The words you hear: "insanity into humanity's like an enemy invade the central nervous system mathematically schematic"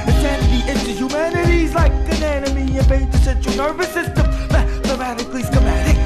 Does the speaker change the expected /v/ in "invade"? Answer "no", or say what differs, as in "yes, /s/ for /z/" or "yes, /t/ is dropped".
yes, /b/ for /v/